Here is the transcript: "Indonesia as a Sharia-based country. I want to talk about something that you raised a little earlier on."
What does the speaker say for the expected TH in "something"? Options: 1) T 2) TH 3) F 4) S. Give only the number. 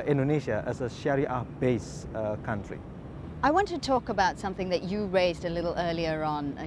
2